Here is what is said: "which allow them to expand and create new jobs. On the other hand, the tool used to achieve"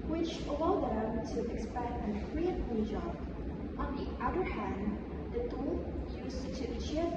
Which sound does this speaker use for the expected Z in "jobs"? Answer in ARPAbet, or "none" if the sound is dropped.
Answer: none